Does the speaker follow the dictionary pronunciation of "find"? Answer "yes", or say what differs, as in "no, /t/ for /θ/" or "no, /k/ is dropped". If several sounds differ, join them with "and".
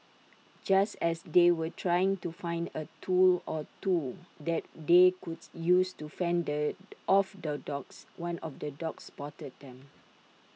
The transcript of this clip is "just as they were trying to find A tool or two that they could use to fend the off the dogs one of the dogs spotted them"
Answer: yes